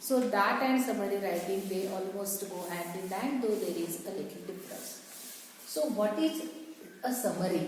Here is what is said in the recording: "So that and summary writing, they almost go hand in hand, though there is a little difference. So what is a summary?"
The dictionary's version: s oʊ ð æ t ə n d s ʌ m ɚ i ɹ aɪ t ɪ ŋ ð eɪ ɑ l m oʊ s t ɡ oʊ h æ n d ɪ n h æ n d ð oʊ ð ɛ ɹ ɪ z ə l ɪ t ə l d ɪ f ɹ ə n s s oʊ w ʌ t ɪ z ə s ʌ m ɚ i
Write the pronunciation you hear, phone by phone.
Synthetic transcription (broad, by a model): s oʊ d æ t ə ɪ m s ʌ m ɚ i ɹ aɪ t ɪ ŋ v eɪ ɑ l m oʊ s t ɡ oʊ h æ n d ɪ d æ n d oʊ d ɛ ɹ ɪ z ə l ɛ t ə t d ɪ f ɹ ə s s oʊ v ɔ t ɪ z ə s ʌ m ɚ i